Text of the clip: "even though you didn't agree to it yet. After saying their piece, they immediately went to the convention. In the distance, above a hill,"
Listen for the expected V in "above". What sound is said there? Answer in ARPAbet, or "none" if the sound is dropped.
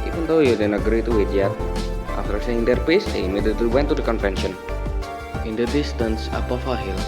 F